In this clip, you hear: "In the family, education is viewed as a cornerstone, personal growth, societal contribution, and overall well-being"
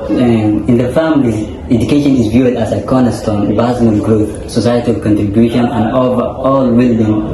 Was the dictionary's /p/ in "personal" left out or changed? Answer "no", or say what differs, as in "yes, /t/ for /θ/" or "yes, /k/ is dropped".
yes, /b/ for /p/